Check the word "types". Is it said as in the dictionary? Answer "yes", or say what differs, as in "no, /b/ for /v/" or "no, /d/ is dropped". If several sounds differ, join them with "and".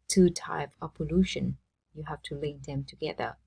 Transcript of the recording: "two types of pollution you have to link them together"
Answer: no, /s/ is dropped